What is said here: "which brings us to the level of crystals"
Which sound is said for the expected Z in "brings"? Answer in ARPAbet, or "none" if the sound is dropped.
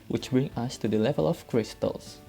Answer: none